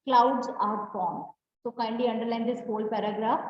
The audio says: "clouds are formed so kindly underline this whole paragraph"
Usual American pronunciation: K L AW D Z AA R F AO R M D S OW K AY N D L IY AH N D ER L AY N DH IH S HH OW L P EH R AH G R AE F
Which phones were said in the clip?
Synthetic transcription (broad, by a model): K L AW D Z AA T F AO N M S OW K AY N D IY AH N D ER L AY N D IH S HH OW L P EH R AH G R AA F